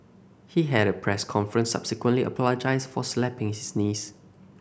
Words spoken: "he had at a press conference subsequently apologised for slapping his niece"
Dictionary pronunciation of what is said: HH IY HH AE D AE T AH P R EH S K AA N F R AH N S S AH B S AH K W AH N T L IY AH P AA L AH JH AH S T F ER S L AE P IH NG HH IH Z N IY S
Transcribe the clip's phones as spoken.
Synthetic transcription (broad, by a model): HH IY HH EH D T AH P R EH S K AA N F R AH N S S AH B S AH K W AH N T L IY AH P AA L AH JH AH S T F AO S L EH P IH NG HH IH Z N IY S